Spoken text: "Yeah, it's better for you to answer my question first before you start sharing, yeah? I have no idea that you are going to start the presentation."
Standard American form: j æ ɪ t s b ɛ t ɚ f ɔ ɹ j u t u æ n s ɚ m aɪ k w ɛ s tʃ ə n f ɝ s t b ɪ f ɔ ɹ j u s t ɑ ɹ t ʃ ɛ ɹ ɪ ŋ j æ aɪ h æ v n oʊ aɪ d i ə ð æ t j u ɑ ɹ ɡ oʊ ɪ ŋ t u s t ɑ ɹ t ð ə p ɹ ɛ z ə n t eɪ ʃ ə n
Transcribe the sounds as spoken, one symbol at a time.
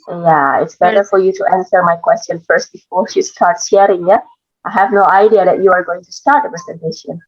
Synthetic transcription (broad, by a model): j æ ɪ t s b ɛ t ɚ f ɔ ɹ j u t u æ n s ɚ m aɪ k w ɛ s tʃ ə n f ɝ s t b ɪ f ɔ ɹ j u s t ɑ ɹ t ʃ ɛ ɹ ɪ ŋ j aɪ h æ v n oʊ aɪ d i ə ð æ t j u ɑ ɹ ɡ oʊ ɪ ŋ t u s t ɑ ɹ t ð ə p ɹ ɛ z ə n t eɪ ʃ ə n